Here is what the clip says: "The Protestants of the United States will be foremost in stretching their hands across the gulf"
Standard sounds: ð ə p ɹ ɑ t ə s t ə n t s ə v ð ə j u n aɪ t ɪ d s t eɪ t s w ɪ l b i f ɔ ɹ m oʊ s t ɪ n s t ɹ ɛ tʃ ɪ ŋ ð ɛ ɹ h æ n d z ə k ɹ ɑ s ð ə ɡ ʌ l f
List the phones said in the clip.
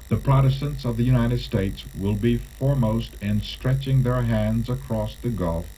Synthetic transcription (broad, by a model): ð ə p ɹ ɑ t ə s t ə n t s ə v ð ə j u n aɪ t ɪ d s t eɪ t s w ɪ l b i f ɔ ɹ m oʊ s t ɪ n s t ɹ ɛ tʃ ɪ ŋ ð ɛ ɹ h æ n d z ə k ɹ ɑ s ð ə ɡ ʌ l f